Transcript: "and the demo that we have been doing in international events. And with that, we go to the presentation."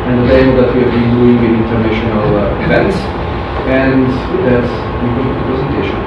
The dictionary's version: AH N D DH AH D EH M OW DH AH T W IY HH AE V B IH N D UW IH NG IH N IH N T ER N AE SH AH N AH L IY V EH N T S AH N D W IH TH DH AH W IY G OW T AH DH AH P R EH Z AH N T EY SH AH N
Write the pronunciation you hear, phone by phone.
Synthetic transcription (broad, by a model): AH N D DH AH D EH IH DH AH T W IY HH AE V B IH N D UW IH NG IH IH N T ER N AE SH AH N AH L IY V EH N T S AH N D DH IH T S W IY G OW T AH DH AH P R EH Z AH N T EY SH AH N